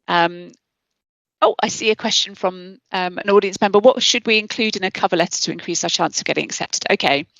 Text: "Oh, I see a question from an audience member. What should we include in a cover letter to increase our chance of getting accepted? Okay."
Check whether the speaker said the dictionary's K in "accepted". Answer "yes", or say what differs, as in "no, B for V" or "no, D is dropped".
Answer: yes